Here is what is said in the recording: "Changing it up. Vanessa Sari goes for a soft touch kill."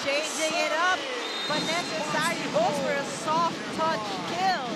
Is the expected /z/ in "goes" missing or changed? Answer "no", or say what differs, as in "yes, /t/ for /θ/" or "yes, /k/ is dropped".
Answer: yes, /z/ is dropped